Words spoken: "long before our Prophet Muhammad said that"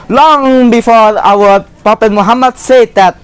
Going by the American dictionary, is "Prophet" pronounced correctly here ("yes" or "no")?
no